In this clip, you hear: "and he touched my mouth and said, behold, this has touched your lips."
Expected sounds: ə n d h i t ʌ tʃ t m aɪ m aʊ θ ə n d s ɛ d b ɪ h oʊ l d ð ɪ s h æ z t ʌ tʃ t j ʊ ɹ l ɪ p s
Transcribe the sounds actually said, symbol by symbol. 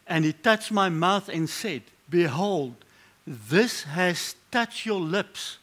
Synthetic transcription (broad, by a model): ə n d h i t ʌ tʃ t m aɪ m aʊ θ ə n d s ɛ d b ɪ h oʊ l d ð ɪ s h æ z t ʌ tʃ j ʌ ɹ l ɪ p s